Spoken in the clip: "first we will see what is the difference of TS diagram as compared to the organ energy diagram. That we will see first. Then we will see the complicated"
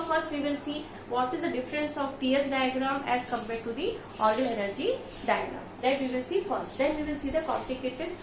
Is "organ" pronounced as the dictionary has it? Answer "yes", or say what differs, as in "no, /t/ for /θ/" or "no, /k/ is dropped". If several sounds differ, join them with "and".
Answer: no, /l/ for /n/